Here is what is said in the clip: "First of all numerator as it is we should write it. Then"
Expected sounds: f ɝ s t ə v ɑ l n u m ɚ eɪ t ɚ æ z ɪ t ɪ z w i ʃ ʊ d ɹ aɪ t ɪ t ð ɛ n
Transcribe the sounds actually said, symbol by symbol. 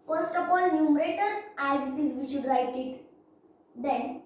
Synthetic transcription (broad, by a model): f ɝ s t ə p ɑ l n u m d eɪ t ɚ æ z ɪ t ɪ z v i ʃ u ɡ ɹ aɪ t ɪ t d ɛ n